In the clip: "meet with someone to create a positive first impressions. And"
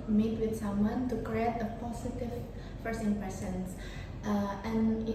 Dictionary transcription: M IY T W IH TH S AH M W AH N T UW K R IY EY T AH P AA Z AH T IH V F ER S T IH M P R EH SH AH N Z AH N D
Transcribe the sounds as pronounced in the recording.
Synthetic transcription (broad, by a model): M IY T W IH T S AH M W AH N T UW K R IY EY T AH P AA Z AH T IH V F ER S IH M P EH S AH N S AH N